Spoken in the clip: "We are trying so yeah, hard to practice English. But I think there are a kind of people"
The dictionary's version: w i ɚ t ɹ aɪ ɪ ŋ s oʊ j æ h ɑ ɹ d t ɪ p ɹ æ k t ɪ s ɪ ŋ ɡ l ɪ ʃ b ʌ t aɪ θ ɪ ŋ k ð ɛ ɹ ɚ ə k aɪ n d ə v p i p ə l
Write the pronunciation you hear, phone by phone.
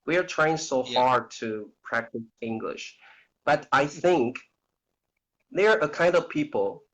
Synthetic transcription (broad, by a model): w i ɚ t ɹ aɪ ɪ ŋ s oʊ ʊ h ɑ ɹ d t ɪ p ɹ æ k t ɪ s ɪ ŋ ɡ l ɪ ʃ b ʌ t aɪ θ ɪ ŋ k ð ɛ ɹ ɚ ə k aɪ n d ə v p i p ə l